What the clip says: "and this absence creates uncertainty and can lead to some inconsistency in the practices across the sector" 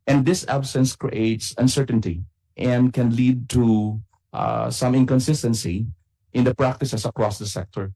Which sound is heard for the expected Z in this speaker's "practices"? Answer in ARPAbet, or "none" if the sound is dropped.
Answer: S